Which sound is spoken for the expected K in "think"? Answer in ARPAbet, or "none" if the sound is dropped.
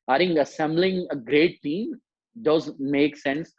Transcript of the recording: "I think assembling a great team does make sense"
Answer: none